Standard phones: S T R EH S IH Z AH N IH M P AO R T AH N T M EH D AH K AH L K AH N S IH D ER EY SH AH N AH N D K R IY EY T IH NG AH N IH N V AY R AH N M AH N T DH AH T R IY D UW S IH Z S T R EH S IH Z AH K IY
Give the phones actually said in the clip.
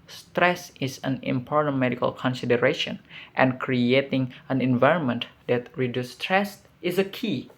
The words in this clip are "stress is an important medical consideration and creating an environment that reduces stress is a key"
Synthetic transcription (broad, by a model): S T R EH S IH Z AH N IH M P AO R T AH N T M EH D AH K AH L K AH N S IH D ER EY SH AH N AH N K R IY EY T IH NG AH N IH N V AY R AH N M AH N T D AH T R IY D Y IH S T R EH S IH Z AH K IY